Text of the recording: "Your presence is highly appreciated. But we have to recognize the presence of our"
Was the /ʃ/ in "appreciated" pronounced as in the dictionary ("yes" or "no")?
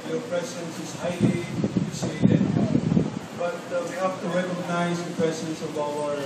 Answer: no